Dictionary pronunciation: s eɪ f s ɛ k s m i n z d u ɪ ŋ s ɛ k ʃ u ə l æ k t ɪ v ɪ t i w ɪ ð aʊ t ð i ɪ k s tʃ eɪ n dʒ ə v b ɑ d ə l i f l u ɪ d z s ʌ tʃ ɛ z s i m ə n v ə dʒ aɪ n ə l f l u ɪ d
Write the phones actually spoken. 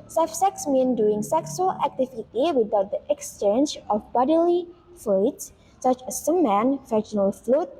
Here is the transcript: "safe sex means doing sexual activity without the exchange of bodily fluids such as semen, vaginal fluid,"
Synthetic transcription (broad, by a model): s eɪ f s ɛ k s m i n d u ɪ ŋ s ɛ k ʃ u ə l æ k t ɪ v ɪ t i w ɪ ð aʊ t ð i ɪ k s tʃ eɪ n dʒ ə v b ɑ d ə l i f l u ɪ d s s ʌ tʃ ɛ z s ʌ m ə n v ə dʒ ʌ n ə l f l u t